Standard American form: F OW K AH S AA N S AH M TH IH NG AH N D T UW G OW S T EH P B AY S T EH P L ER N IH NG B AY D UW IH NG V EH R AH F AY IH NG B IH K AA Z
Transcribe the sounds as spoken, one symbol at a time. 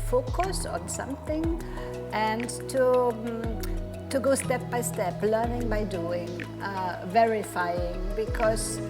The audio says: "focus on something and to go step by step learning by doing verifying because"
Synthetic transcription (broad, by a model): F OW K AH S AA N S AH M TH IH NG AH N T T UW G OW S T EH P B AY S T EH P L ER N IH NG B AY D UW IH NG V EH R AH F AY IH NG B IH K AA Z